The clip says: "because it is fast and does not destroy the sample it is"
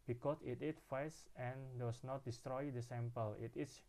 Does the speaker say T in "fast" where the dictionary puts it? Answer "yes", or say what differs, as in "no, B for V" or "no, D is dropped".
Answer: no, T is dropped